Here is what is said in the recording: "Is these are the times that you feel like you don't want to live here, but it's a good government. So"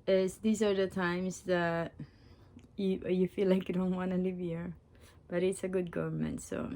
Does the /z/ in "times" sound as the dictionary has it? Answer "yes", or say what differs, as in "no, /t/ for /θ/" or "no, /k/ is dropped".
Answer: no, /s/ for /z/